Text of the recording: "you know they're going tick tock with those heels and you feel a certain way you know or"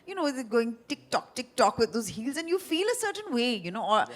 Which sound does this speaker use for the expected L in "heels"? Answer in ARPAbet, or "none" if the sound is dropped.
L